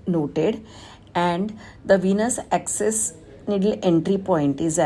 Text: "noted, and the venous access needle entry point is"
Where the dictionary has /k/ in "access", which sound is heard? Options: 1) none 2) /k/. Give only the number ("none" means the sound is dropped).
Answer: 2